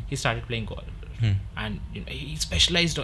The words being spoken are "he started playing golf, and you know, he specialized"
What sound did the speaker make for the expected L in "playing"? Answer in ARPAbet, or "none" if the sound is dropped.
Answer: L